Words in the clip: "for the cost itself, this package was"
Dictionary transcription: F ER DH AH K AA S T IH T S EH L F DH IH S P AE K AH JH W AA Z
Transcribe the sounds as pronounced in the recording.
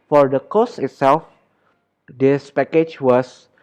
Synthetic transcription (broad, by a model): F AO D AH K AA S IH T S EH L F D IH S P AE K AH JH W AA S